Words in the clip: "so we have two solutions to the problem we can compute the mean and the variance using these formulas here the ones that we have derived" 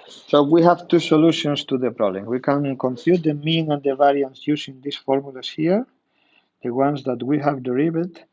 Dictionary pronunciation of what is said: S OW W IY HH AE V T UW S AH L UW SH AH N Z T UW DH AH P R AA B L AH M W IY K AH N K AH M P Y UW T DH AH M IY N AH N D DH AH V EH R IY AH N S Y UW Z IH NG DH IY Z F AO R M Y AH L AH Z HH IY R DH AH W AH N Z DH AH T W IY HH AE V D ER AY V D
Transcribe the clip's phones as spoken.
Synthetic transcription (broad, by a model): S OW W IY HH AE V T UW S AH L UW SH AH N S T UW DH AH P R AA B L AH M W IY K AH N K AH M F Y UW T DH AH M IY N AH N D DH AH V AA R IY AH N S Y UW S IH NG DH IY S F AO R M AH L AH S HH IY R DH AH W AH N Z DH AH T W IY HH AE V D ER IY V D